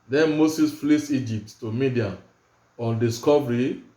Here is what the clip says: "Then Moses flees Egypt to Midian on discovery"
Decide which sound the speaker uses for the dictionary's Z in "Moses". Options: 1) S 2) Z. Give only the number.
1